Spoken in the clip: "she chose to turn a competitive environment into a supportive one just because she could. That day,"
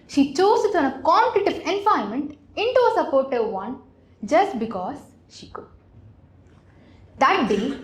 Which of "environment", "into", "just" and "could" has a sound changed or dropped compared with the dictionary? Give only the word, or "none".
environment